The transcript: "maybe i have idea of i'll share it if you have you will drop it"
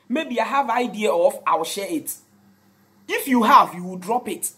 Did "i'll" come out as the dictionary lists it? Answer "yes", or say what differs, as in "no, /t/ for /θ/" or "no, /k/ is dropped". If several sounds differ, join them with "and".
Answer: no, /w/ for /l/